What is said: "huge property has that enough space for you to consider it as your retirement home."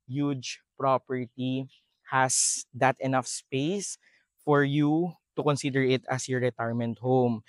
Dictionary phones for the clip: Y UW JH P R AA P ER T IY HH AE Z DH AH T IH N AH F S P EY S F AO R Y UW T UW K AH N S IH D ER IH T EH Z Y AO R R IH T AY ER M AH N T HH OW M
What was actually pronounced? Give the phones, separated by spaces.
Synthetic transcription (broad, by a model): Y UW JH P R AA P ER T IY HH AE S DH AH T IH N AH F S P EY S F AO R Y UW T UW K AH N S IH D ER IH T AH S Y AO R R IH T AY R M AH N T HH OW M